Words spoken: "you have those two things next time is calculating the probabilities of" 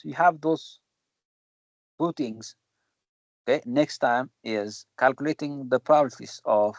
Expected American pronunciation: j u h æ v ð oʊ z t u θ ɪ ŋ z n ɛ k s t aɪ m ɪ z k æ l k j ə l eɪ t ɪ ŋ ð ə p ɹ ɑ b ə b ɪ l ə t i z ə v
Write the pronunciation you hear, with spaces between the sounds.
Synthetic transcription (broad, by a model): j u h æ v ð oʊ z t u t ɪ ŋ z n ɛ k s t aɪ m ɪ z k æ l k j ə l eɪ t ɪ ŋ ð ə p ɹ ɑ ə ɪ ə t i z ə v